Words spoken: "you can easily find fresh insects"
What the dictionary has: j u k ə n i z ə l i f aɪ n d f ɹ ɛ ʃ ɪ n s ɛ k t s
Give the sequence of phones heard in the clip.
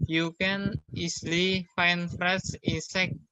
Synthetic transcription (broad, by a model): j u k ə n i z l i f aɪ n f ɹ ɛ s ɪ n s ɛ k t